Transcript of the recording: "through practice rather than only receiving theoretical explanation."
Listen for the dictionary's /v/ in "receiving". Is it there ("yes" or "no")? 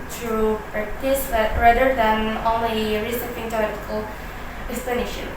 no